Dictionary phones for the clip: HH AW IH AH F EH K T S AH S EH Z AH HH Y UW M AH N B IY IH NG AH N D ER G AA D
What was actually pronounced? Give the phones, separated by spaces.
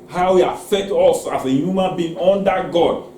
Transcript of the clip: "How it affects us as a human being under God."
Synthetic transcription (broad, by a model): HH AW IH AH F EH K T AO S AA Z AH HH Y UW M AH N B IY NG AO N D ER G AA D